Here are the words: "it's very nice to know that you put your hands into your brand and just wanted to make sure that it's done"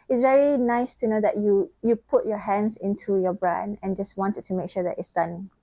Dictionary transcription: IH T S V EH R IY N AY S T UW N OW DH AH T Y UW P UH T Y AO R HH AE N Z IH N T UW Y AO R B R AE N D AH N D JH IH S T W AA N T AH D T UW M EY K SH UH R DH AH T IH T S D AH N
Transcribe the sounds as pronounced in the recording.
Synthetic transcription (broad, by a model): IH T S V EH R IY N AY S T UW N OW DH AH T Y UW P UH T Y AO HH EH N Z IH N T UW Y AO B R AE N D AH N JH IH S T W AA N T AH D T UW M EY K SH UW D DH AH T IH T S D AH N